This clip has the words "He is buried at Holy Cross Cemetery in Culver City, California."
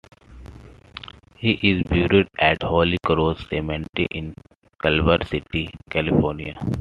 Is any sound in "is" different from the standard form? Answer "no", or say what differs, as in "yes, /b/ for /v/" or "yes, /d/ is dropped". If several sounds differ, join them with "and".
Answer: no